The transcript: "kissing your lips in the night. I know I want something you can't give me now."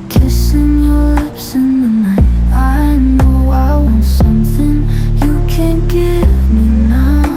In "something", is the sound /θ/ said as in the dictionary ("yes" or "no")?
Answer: yes